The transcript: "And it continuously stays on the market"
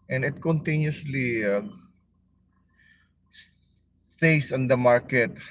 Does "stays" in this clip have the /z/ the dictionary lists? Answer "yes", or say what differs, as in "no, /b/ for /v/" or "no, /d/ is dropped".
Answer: no, /s/ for /z/